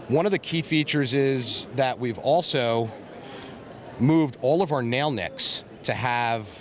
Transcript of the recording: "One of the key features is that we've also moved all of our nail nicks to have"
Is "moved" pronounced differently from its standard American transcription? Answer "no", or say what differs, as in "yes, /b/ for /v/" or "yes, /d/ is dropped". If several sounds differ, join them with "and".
no